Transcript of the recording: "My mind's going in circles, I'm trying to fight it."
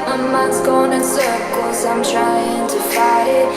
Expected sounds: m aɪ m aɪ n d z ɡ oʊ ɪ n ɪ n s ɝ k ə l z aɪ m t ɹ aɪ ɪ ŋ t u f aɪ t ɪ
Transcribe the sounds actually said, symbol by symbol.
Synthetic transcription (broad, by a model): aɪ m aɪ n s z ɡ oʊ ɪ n ɪ n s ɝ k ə z aɪ m t ɹ aɪ ɪ ŋ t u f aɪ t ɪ